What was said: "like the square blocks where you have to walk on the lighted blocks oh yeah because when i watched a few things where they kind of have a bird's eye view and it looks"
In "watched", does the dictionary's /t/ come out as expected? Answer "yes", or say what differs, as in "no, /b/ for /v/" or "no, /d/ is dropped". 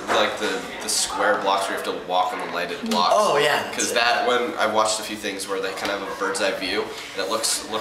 yes